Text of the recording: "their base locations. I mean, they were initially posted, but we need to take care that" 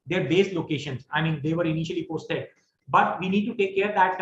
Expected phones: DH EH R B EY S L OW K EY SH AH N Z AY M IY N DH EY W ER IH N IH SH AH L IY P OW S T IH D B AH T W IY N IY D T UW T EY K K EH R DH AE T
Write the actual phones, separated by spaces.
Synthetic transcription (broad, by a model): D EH R B EY S L OW K EY SH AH N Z AY M IY N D EY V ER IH N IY SH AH L IY P OW S T IH D B AH T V IY N IY D T UW T EY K K EH R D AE T